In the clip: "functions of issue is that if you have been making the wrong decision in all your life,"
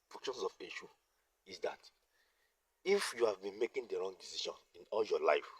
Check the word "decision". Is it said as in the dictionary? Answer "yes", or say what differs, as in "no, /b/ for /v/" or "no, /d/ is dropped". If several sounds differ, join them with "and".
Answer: no, /ʃ/ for /ʒ/